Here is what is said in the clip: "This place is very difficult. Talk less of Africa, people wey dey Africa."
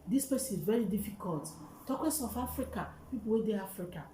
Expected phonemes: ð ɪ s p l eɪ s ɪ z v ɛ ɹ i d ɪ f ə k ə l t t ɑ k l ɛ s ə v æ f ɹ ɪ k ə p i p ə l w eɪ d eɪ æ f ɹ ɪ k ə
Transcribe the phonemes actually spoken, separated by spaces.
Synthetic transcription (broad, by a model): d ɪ s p eɪ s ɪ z v ɛ ɹ i d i f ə k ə l t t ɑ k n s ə f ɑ f ɹ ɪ k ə p i p ə l w eɪ d eɪ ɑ f ɹ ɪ k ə